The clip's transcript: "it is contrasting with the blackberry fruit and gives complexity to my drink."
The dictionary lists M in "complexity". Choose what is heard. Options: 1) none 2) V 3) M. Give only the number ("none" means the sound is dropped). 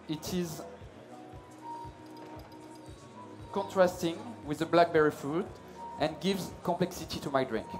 3